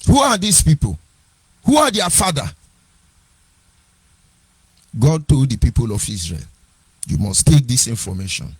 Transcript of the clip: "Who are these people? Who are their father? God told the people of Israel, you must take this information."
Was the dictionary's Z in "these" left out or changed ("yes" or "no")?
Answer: yes